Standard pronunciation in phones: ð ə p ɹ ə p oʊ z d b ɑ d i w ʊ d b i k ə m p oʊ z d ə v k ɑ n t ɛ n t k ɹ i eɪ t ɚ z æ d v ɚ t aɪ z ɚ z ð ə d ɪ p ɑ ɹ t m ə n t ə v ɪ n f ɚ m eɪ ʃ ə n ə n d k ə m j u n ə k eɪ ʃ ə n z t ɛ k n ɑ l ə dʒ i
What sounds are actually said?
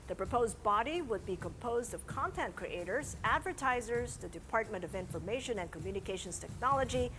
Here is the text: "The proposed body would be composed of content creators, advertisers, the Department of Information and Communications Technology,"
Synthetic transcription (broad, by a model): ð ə p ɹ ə p oʊ z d b ɑ d i w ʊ d b i k ə m p oʊ z d ə v k ɑ n t ɛ n t k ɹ i eɪ t ɚ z æ d v ɚ t aɪ z ɚ z ð ə d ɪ p ɑ ɹ t m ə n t ə v ɪ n f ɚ m eɪ ʃ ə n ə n k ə m j u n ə k eɪ ʃ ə n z t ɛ k n ɑ l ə dʒ i